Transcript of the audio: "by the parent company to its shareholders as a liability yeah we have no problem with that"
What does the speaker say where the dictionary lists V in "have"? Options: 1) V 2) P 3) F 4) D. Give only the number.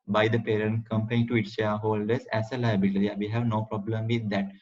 1